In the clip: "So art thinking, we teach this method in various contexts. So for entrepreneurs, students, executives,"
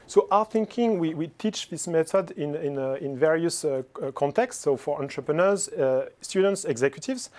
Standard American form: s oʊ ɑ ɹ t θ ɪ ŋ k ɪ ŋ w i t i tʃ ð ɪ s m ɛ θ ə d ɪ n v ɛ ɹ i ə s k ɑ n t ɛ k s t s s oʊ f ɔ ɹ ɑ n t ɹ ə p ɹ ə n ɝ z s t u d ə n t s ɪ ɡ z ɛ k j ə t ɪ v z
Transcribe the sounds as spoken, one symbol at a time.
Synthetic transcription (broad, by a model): s oʊ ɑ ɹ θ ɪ ŋ k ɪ ŋ w i t i tʃ ð ɪ s m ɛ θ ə d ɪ n v ɛ ɹ i ə s k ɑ n t ɛ k s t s s oʊ f ɔ ɹ ɑ n t ɹ ə p ɹ ə n ɝ z s t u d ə n t s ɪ ɡ z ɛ k j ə t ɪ v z